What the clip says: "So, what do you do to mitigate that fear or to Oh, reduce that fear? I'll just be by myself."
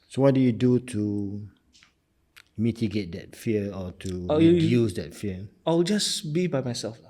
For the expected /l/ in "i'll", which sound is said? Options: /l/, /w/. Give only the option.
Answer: /w/